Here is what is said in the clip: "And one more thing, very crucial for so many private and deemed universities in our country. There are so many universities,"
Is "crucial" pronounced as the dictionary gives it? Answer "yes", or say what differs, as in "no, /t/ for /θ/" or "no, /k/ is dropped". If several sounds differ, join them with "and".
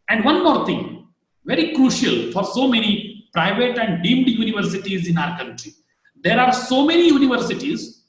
yes